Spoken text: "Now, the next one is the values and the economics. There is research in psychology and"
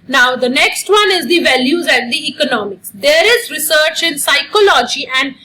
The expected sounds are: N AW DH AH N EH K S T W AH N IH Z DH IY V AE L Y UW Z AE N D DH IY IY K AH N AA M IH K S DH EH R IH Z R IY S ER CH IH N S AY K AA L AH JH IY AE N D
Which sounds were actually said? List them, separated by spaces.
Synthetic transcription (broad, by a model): N AW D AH N EH K S T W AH N IH Z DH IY V AE L Y UW Z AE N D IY IY K AH N AA M IH K S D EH R IH Z R IY S ER CH IH N S AY K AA L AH JH IY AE N D